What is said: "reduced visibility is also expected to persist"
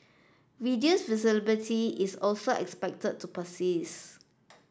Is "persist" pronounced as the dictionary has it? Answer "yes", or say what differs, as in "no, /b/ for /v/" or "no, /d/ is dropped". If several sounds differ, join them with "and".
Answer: no, /t/ is dropped